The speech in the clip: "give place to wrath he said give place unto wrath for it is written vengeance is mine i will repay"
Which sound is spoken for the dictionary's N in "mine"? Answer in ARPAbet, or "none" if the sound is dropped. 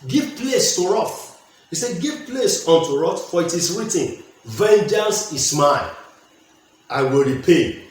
none